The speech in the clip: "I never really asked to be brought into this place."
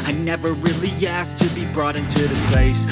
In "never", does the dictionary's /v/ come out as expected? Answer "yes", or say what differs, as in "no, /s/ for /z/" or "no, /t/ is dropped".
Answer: yes